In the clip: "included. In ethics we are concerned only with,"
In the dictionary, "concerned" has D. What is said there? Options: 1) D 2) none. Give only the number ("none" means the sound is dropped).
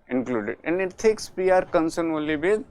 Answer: 2